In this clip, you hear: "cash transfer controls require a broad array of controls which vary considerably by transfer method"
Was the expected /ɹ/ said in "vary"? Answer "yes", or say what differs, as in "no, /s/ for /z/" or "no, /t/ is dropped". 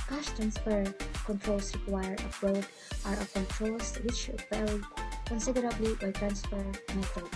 no, /l/ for /ɹ/